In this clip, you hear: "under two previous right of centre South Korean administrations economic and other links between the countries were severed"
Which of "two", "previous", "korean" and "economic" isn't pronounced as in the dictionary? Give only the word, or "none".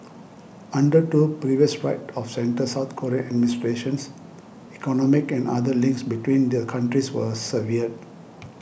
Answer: korean